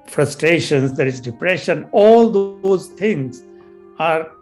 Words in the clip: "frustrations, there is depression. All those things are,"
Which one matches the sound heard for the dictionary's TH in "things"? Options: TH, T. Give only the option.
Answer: T